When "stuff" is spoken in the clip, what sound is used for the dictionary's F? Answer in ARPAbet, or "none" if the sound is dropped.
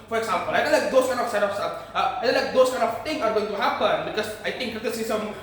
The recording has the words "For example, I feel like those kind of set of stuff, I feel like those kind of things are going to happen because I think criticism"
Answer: none